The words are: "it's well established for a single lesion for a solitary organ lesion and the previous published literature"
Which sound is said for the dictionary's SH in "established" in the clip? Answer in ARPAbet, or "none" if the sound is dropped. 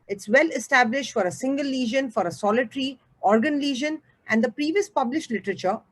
SH